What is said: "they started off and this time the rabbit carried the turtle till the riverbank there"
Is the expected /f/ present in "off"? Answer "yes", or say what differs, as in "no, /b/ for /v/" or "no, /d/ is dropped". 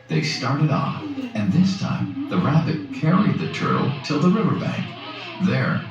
yes